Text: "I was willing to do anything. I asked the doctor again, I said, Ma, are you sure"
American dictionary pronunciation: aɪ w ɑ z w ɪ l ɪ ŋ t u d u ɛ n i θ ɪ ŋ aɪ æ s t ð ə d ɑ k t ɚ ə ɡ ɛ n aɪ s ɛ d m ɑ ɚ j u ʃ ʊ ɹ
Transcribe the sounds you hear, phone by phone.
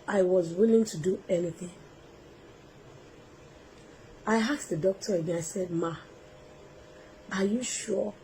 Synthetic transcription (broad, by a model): aɪ w ɑ z w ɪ l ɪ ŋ t u d u ɛ n i θ ɪ ŋ aɪ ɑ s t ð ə d ɑ k t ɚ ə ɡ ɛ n aɪ s ɛ d m ɑ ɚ j u ʃ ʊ